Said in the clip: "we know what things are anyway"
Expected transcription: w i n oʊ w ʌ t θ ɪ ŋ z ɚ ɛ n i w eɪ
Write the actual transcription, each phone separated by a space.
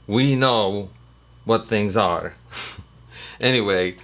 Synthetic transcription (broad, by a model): w i n oʊ w ʌ t θ ɪ ŋ z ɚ ɛ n i w eɪ